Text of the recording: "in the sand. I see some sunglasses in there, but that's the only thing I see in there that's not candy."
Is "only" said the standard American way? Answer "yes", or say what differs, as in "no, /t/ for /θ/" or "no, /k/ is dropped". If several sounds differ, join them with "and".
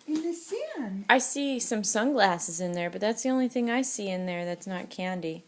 yes